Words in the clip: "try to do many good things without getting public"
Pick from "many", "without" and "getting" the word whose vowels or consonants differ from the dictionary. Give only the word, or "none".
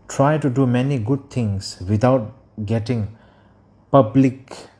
without